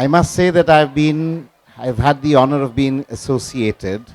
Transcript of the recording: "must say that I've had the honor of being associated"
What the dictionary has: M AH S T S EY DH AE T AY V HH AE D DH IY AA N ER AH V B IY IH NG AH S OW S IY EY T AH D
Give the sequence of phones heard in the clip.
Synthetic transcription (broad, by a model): M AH S T S EY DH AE T AY V HH AE D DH IY AA N ER AH V B IY IH NG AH S OW S IY EY T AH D